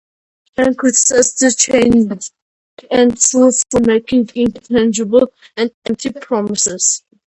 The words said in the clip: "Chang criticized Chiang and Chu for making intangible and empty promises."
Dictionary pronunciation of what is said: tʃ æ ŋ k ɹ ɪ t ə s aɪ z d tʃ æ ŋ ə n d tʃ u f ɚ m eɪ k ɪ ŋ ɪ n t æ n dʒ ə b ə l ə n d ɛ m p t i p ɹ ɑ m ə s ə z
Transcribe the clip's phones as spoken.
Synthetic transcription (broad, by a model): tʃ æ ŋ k ɪ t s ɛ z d tʃ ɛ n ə n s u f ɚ m eɪ k ɪ ŋ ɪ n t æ n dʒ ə b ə l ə n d ɛ m p t i p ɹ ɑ m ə s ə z